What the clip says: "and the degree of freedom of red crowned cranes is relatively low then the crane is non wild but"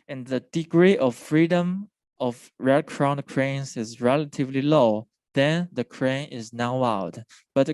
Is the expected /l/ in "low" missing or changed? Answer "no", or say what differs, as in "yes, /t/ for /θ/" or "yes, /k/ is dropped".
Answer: no